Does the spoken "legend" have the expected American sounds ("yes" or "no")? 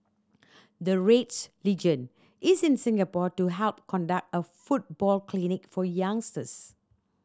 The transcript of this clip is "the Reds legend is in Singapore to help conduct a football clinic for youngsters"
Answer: no